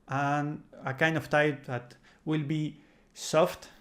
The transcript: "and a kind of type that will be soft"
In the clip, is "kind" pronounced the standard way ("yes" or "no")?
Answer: yes